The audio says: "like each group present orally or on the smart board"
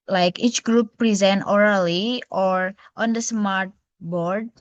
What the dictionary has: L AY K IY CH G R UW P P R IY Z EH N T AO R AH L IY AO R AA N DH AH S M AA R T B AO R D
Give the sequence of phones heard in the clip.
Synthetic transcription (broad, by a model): L AY K IY CH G R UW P P R IY Z EH N T AO R AH L IY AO R AA N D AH S M AA R T B AO R D